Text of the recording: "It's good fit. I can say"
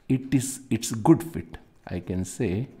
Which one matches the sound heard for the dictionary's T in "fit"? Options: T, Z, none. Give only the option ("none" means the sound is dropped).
T